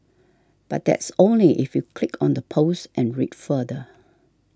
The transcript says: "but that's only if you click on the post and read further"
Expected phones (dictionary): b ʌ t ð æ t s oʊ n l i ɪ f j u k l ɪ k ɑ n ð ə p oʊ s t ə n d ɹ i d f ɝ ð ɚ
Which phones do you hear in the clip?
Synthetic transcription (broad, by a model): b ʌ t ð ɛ t s oʊ n l i ɪ f j u k l ɪ k ɑ n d ə p oʊ s t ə n ɹ i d f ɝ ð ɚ